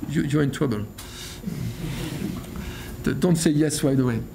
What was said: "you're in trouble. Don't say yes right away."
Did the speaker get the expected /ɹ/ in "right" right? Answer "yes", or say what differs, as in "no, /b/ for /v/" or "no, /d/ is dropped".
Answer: no, /w/ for /ɹ/